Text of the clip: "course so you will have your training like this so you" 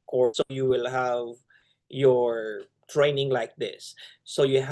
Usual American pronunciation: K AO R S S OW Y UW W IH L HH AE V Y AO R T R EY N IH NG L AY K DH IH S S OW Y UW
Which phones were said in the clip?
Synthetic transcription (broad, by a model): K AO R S S OW Y UW W IH L HH AE V Y AO R T R EY N IH NG L AY K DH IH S S OW Y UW